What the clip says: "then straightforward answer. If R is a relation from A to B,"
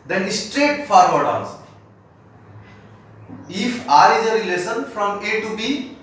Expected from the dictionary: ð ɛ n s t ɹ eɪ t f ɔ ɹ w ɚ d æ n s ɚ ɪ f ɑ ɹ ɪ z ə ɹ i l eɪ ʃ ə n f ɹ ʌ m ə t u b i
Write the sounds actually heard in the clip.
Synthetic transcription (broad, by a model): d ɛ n s t ɹ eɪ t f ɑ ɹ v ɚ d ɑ s ɪ f ɑ ɹ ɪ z ə ɹ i l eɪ s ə n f ɹ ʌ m ə t u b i